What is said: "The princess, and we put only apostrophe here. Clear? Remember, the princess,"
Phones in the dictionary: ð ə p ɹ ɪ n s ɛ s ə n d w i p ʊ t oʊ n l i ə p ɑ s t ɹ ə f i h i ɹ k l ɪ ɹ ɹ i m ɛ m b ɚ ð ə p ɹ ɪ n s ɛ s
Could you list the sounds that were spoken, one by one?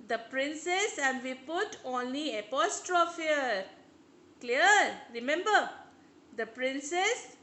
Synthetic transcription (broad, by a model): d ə p ɹ ɪ n s ɛ s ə n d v i p ʊ t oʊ n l i ə p ɑ s t ɹ ə f i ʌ k l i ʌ ɹ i m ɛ m b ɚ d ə p ɹ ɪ n s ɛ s